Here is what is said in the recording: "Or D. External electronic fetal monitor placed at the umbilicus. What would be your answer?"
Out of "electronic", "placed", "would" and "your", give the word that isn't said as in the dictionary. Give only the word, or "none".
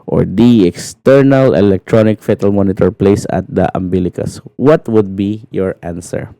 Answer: placed